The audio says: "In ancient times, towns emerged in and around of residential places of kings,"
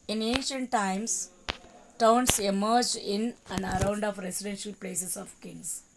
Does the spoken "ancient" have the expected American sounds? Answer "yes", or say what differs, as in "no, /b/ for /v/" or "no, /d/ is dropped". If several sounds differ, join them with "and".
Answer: yes